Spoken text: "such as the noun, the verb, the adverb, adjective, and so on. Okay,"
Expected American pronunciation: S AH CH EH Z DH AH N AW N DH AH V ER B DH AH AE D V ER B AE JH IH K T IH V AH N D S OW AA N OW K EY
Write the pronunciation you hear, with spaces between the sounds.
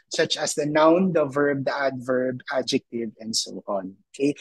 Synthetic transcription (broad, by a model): S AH CH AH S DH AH N AW N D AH V ER B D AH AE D V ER B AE JH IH K T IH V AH N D S OW AA N OW K EY